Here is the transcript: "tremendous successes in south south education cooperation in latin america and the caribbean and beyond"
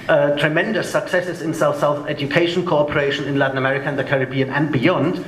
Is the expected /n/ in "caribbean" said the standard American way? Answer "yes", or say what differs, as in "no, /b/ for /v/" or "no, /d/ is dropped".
yes